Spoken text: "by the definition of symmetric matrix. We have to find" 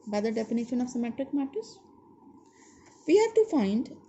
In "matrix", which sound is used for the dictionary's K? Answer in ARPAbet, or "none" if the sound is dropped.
none